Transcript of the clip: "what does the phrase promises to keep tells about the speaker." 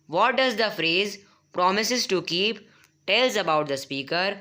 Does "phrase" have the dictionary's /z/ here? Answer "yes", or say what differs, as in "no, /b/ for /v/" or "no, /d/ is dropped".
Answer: yes